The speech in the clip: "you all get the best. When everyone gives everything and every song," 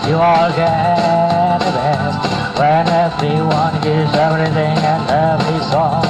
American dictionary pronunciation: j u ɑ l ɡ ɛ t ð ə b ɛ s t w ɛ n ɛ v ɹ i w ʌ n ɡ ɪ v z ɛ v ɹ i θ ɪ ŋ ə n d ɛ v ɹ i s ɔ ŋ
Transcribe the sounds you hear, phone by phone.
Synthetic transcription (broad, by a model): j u ɑ l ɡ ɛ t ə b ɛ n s w ɛ n ɛ v ɹ i w ʌ n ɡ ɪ z ɛ v ɹ i θ ɪ ŋ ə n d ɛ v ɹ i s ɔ